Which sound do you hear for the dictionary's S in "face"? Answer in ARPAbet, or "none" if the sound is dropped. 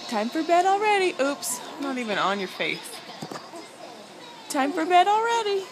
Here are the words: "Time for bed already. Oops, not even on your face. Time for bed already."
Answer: TH